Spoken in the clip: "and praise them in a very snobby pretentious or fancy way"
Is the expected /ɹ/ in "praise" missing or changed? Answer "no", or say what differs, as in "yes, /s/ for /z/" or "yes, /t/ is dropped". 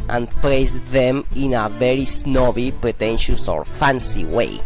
yes, /l/ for /ɹ/